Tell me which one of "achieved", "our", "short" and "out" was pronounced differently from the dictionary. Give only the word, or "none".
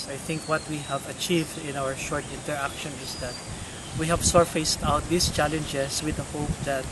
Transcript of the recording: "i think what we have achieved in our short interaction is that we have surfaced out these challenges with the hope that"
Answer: none